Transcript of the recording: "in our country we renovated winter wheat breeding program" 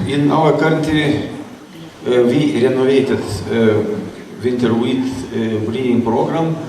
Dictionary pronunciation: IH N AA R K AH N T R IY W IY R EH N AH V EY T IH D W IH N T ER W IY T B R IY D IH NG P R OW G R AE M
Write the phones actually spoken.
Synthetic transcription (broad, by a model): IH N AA L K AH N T IY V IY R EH N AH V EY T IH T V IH N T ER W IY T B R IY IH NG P R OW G R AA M